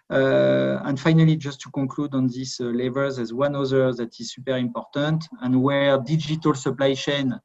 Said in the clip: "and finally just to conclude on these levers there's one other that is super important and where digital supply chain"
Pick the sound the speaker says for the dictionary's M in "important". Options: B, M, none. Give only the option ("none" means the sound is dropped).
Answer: M